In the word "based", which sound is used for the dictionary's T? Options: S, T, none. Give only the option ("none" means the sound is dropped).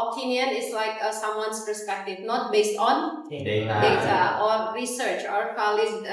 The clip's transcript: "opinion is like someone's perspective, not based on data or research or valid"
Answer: T